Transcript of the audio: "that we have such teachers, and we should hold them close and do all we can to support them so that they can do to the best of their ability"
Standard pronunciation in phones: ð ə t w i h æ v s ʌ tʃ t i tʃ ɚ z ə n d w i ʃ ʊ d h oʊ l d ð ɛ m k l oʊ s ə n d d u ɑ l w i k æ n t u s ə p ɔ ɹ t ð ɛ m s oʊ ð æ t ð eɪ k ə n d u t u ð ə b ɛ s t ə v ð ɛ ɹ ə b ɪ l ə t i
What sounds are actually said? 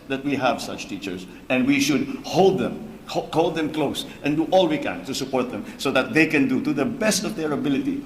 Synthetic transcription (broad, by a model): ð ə t w i h æ v s ʌ tʃ t i tʃ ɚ s ə n d w i ʃ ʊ d h oʊ l d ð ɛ m k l oʊ s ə n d d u ɑ l w i k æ n t u s ə p ɔ ɹ t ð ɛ m s oʊ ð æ t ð eɪ k ə n d u t u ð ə b ɛ s t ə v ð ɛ ɹ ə b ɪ l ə t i